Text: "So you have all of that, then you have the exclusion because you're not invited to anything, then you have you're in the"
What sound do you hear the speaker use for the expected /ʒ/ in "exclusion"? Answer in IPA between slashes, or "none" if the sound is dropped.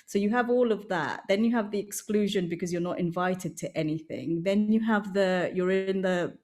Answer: /ʒ/